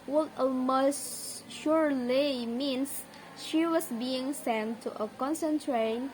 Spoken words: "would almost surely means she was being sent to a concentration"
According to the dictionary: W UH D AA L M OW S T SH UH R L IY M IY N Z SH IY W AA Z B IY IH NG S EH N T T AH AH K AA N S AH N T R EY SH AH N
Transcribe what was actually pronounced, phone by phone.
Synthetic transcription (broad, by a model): W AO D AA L M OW S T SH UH R L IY M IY N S SH IY W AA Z B IY IH NG S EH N T T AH AH K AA N S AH N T R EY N